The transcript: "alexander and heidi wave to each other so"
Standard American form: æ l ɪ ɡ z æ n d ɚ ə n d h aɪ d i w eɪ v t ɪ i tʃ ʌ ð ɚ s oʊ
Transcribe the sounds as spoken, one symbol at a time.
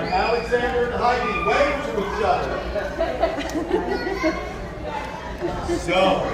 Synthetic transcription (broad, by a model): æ l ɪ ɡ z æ n d ɚ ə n h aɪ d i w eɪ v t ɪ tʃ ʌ ɪ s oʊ